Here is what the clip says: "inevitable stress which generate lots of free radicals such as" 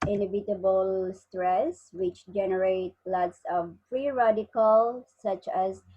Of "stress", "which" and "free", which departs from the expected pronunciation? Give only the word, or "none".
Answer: free